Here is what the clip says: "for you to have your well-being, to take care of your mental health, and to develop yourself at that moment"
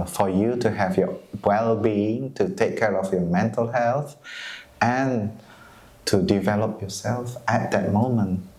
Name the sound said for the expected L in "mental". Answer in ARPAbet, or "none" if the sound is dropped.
L